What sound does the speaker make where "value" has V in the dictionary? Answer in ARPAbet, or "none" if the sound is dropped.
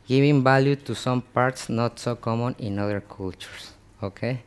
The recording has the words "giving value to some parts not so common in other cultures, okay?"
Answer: B